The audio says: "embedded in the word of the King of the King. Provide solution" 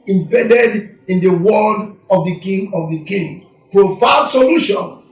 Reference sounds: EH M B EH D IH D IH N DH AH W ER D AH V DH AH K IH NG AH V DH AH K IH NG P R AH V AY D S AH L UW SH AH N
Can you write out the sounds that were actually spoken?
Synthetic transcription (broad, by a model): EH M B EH D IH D IH N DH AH W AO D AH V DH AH K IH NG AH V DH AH K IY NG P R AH F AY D S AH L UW SH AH N